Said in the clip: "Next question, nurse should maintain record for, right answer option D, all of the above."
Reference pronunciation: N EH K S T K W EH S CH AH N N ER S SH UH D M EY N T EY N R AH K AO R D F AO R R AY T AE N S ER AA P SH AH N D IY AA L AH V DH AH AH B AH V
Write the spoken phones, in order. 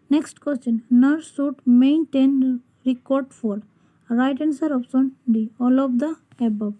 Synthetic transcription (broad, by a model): N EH K S T K W EH S CH AH N N ER S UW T M EY N T EY N R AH K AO R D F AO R R AY T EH N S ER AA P S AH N D IY AA L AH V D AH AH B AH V